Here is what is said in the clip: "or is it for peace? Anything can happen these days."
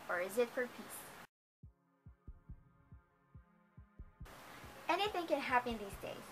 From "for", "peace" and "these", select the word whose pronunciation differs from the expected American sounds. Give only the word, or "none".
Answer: none